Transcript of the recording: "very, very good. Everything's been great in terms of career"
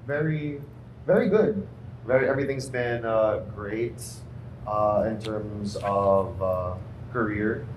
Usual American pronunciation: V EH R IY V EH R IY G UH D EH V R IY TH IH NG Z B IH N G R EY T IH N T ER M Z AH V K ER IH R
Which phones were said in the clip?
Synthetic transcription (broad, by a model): V EH R IY V EH R IY G UH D EH V R IY TH IH NG Z B IH N G R EY T IH N T ER M Z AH V K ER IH R